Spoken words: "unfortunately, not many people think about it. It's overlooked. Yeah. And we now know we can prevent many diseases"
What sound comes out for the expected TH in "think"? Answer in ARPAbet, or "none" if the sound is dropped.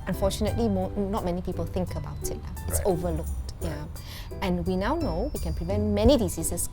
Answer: TH